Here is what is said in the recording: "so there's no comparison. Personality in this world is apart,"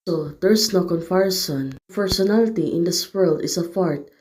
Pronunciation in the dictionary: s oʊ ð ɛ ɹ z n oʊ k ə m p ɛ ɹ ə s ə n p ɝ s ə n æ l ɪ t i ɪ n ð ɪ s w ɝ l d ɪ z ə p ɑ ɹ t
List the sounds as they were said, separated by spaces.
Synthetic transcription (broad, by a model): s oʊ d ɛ ɹ s n oʊ k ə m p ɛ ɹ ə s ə n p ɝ s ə n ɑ l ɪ t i ɪ n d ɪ s w ɝ l d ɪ s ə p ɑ ɹ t